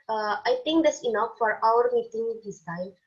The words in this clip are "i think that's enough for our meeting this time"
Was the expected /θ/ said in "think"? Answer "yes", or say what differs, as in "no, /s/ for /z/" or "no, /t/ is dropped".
no, /t/ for /θ/